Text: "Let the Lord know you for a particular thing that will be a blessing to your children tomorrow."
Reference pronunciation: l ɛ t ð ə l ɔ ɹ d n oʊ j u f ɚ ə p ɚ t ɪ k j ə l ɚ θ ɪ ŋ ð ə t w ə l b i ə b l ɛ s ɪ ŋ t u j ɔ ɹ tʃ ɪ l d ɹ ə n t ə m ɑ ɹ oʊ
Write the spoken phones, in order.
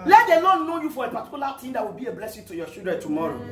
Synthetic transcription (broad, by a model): l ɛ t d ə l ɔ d n oʊ j u f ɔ ə p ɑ t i k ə l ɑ t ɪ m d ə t w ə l b i ə b l ɛ s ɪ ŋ t u j ɔ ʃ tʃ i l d ɹ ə n t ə m ɑ ɹ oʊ